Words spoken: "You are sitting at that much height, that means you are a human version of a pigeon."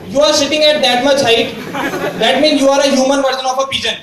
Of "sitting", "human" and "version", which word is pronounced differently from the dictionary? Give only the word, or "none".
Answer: version